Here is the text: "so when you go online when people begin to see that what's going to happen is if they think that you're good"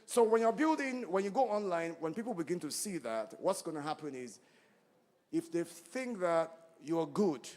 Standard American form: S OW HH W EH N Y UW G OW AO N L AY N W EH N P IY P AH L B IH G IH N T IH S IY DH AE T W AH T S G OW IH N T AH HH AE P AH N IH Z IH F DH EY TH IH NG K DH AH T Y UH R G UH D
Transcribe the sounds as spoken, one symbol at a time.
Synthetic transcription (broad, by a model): S OW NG W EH N Y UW G OW AO N L AY N W EH N P IY P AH L B IH G IH N T IH S IY DH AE T W AH T S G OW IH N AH HH AE P AH N IH Z IH F DH EY TH IH NG K DH AH T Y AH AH G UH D